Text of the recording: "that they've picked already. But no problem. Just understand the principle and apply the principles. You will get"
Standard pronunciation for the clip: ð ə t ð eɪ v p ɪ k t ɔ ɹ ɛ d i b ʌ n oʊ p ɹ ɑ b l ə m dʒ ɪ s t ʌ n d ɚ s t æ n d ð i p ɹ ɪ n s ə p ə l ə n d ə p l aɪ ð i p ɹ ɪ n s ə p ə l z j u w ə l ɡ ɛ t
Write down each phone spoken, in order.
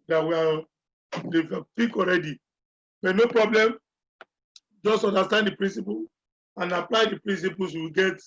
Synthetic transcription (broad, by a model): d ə t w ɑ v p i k ɔ ɹ ɛ d i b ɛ n oʊ p ɹ ɑ b l ə m dʒ ɪ s t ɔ n d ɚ s t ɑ n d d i p ɹ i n s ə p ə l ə n ə p l aɪ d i p ɹ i n s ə p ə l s w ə ɡ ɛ t